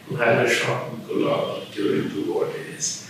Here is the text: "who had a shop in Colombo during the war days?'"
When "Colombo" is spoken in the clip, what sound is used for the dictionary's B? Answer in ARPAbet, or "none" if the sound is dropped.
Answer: none